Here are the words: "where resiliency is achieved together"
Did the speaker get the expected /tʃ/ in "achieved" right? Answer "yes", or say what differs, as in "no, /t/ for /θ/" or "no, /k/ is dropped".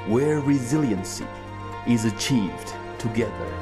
yes